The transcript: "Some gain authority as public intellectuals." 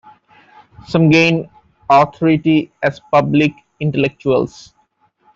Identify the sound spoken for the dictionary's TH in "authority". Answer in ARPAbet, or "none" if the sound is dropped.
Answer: T